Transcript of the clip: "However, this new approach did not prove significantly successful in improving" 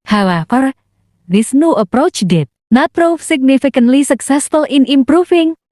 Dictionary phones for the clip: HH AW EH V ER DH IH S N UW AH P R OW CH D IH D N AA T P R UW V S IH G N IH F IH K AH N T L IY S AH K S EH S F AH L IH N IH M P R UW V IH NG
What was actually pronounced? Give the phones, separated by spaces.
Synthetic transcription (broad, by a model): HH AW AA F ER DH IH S N UW AH P R OW CH D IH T N AA T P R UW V S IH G N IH F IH K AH N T L IY S AH K S EH S F AH L IH N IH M P R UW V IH NG